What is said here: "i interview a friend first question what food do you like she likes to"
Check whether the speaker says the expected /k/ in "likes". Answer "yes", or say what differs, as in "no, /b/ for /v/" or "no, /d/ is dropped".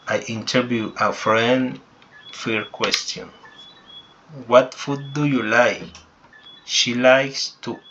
yes